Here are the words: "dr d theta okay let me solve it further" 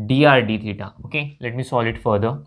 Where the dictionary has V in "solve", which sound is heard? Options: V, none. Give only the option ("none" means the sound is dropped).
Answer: none